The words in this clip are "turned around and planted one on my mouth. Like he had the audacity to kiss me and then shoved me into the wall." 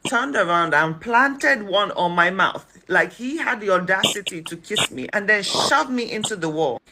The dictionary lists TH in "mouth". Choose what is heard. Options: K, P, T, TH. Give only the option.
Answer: TH